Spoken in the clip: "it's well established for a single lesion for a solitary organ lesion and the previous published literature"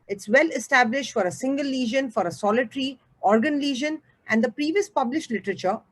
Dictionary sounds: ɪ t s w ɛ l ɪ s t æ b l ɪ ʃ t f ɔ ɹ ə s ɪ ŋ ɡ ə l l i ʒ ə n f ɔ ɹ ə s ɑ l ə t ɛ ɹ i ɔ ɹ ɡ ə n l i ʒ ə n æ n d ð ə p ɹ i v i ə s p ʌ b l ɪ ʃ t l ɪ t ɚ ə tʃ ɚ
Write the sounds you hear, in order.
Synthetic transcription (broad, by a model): ɪ t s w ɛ l ɪ s t æ b l ɪ ʃ t f ɔ ɹ ə s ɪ ŋ ɡ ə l l i ʒ ə n f ɔ ɹ ə s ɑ l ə t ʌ ɹ i ɔ ɹ ɡ ə n l i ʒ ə n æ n d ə p ɹ i v i ə s p ʌ b l ɪ ʃ t l ɪ t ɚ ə tʃ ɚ